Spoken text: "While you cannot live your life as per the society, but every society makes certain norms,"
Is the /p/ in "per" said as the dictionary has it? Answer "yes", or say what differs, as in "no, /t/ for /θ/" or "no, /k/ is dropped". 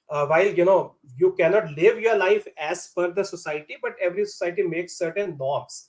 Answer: no, /f/ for /p/